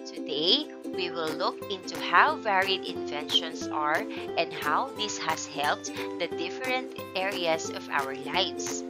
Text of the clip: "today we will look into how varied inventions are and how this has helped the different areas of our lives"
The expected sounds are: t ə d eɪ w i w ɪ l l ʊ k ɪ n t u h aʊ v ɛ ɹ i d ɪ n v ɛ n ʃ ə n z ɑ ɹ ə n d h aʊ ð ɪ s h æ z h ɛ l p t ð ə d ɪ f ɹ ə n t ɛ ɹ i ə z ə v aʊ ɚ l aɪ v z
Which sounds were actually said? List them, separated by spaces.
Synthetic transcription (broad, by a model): t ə d eɪ w i w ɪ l l ʊ k ɪ n t u h aʊ v ɛ ɹ i d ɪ n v ɛ n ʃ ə n s ɑ ɹ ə n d h aʊ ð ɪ s h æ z h ɛ l p t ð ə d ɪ f ɹ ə n t ɛ ɹ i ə s ə v aʊ ɚ l aɪ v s